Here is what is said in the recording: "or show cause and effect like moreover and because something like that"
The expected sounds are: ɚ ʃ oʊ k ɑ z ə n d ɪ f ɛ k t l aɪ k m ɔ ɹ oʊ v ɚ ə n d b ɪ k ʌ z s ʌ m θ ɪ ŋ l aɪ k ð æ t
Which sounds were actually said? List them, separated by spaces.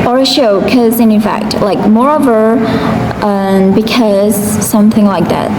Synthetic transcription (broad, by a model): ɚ ʃ oʊ k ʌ z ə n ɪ f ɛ k t l aɪ k m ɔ ɹ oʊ v ɚ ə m b ɪ k ʌ z s ʌ m θ ɪ ŋ l aɪ k ð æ t